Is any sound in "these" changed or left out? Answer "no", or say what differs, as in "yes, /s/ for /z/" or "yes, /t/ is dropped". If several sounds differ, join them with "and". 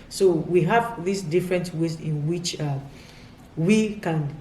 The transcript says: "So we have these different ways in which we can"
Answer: yes, /s/ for /z/